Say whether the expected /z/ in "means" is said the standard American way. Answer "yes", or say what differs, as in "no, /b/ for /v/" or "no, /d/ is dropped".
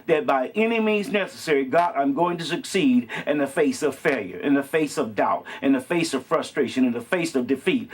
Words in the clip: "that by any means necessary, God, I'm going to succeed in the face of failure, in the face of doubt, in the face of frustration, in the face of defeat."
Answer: yes